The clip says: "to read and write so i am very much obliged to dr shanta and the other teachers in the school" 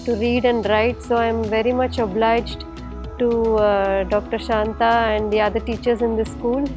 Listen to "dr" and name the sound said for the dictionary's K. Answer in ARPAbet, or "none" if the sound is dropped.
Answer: K